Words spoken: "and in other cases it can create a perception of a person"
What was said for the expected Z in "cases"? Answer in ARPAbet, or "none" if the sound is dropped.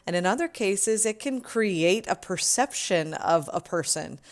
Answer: Z